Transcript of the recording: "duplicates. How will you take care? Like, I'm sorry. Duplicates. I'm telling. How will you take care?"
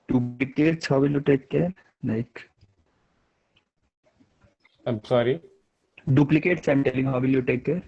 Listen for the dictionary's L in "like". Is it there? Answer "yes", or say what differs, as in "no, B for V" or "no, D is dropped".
no, N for L